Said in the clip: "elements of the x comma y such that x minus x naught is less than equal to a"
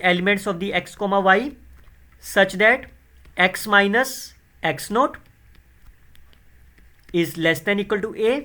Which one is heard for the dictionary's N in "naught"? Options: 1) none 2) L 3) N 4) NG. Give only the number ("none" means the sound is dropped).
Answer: 3